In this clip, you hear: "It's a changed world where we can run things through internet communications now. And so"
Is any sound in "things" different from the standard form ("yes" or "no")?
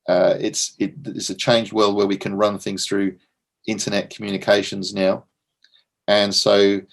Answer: no